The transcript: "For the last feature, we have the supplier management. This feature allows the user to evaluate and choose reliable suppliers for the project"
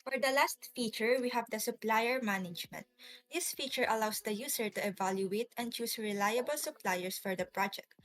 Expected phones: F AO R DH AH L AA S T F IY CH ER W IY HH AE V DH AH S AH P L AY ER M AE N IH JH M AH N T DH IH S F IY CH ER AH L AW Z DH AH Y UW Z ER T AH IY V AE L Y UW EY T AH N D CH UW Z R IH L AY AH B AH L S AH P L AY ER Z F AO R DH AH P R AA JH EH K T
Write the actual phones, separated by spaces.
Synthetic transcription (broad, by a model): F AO R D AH L AA S T F IY CH ER W IY HH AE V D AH S AH P L AY ER M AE N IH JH M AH N T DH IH S F IY CH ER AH L AW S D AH Y UW S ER T AH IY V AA L Y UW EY T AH N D CH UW S R IH L AY AH B AH L S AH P L AY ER S F AO R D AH P R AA JH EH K T